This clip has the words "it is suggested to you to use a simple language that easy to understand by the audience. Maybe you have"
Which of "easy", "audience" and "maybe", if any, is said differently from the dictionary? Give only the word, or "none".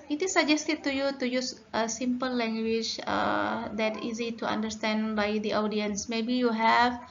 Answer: none